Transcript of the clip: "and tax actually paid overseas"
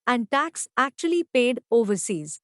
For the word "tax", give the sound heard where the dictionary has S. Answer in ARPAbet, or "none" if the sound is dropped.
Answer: S